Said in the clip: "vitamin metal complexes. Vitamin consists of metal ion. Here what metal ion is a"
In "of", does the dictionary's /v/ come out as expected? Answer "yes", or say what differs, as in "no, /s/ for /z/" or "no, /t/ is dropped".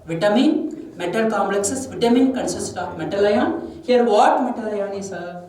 no, /p/ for /v/